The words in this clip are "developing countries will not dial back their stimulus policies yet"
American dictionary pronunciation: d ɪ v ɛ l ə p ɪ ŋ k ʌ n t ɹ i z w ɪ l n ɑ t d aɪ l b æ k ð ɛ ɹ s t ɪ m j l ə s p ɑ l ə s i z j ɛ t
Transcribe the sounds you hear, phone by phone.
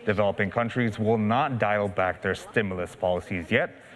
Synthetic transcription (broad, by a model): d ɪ v ɛ l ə p ɪ ŋ k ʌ n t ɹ i z w ɪ l n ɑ t d aɪ l b æ k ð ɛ ɹ s t ɪ m j l ə s p ɑ l ə s i z j ɛ t